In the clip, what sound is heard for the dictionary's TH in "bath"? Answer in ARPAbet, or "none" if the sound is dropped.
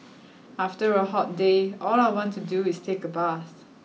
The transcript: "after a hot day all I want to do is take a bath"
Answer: S